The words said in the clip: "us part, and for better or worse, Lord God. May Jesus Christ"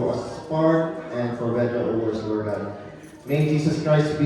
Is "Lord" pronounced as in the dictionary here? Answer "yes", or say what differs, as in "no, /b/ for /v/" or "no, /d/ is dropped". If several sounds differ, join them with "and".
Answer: no, /w/ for /l/